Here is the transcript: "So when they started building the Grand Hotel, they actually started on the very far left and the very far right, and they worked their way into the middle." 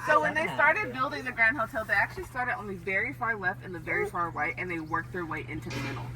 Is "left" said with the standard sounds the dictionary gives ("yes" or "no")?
yes